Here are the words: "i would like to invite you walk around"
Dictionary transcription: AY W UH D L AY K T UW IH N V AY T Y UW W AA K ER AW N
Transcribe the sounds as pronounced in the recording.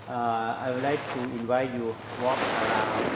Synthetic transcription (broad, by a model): AY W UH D L AY K T UW IH N V AY T Y UW W AA K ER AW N